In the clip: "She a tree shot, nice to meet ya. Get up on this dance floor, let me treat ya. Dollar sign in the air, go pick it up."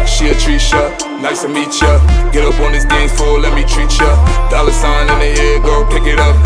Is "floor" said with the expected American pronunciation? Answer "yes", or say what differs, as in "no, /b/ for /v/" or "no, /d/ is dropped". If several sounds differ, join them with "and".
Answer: no, /l/ is dropped